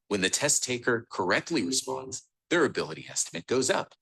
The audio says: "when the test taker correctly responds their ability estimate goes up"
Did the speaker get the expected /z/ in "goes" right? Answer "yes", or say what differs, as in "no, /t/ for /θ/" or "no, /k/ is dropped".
yes